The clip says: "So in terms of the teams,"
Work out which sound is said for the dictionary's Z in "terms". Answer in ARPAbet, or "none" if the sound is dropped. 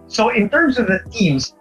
Z